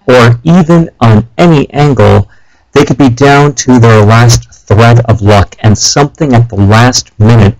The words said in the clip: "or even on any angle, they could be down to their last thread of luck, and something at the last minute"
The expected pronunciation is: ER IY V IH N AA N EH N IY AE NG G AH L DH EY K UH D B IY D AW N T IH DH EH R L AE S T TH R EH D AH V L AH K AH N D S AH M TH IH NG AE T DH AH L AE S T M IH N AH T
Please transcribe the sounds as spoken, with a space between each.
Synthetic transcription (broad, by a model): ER IY V IH N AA N EH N IY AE NG G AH L DH EY K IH D B IY D AW N T IH DH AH R L AE S T TH R EH D AH V L AH K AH N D S AH M TH IH NG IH T DH AH L AE S T M IH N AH T